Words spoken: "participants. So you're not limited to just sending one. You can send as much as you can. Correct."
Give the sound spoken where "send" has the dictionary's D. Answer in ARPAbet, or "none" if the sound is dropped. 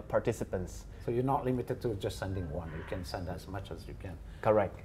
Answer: D